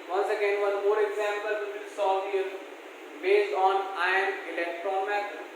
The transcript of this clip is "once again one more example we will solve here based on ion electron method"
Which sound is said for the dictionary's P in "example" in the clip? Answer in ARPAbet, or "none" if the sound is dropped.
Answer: P